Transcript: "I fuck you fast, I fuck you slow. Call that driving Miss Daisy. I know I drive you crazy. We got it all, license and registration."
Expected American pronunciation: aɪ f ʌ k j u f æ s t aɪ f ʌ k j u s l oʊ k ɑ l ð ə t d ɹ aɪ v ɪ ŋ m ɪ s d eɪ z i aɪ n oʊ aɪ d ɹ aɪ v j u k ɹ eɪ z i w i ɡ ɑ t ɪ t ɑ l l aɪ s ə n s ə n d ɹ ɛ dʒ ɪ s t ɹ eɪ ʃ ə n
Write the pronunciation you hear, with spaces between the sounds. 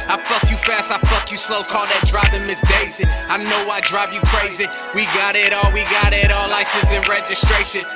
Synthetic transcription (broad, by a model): aɪ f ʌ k j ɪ f æ s t aɪ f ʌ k j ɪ s l oʊ k ɑ l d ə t d ɹ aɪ b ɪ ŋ m ɪ s d eɪ z i aɪ n oʊ aɪ d ɹ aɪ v j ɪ k ɹ eɪ z i w i ɡ ɑ t ɪ t ɑ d l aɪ s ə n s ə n ɹ ɛ dʒ ɪ s t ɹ eɪ ʃ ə n